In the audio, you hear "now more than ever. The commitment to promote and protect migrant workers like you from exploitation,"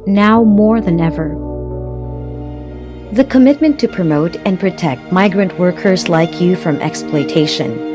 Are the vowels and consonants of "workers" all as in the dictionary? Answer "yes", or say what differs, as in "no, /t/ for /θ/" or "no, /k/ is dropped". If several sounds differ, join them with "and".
yes